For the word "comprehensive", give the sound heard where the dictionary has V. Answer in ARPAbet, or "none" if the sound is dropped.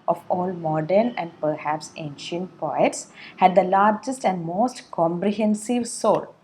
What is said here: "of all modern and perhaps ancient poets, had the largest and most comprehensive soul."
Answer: V